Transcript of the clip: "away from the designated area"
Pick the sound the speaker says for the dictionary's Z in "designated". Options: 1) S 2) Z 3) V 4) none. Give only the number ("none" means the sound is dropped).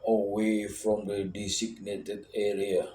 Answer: 1